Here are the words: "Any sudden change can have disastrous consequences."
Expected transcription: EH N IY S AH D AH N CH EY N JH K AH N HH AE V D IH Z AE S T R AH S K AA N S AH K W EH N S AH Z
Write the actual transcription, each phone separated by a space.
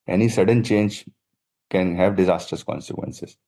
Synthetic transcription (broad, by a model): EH N IY S AH D AH N CH EY N JH K AH N HH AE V D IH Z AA S T AH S K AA N S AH K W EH N S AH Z